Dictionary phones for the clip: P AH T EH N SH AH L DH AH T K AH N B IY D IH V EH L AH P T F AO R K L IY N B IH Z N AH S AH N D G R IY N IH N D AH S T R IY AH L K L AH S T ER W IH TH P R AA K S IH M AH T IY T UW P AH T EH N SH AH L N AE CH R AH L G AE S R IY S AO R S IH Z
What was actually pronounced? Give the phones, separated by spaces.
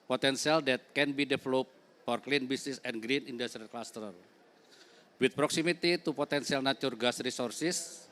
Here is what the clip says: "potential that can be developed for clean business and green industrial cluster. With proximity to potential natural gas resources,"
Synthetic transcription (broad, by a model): P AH T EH N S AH L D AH T K AH N B IY D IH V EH L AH P F AO R K L IY N B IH S N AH S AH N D G R IY N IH N D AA S T R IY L K L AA S T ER W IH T P R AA K S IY M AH T IY T UW P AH T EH N S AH L N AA CH AH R G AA S R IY S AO R S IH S